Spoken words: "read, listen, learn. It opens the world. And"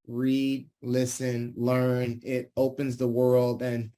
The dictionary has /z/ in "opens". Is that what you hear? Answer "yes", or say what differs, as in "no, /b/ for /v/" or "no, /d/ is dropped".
yes